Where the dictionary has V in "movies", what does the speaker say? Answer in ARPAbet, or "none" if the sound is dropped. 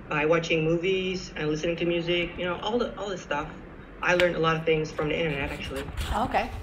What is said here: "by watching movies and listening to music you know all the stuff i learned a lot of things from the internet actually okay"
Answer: V